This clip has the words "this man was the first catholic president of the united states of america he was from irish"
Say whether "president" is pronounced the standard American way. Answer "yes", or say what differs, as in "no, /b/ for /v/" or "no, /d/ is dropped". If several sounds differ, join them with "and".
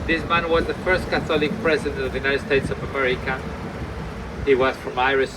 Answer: yes